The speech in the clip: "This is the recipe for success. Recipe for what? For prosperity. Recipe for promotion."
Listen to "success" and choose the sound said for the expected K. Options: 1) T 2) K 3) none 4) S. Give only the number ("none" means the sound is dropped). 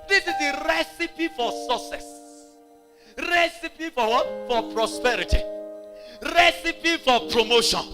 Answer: 3